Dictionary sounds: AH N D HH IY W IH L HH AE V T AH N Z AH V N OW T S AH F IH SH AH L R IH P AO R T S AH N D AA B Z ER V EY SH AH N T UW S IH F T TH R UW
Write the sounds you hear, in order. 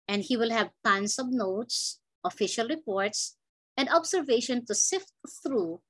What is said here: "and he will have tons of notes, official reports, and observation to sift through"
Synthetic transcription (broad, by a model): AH N D HH IY W IH L HH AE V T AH N S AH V N OW T S AH F IH SH AH L R IH P AO R T S AH N D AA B S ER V EY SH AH N T UW S IH F T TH R UW